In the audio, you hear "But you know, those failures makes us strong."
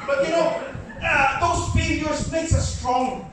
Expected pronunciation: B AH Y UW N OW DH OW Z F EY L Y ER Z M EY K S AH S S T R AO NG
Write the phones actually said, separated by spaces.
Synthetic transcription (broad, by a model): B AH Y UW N OW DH OW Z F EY Y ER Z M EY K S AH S S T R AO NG